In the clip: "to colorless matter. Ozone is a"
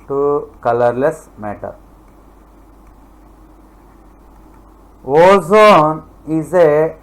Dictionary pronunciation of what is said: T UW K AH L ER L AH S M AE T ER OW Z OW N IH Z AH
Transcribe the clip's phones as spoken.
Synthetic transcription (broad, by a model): T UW K AH L ER L AH S M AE T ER OW Z OW N IH Z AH